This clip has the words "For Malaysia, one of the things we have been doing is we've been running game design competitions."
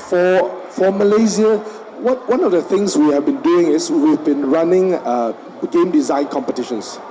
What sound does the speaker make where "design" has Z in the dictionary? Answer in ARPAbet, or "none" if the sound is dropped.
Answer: Z